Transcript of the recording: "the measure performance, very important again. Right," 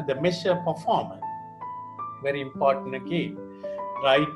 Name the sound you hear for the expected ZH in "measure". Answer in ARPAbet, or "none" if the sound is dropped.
S